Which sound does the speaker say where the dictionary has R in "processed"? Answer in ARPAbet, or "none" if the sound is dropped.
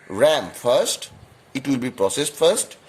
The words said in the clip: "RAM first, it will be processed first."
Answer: R